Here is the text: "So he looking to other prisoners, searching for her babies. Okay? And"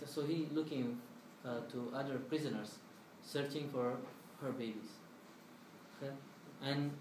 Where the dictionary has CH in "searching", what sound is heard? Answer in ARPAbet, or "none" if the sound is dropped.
CH